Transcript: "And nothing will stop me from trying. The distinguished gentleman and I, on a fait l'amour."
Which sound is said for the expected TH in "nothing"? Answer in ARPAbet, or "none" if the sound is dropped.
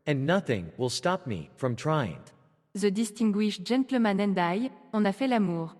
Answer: TH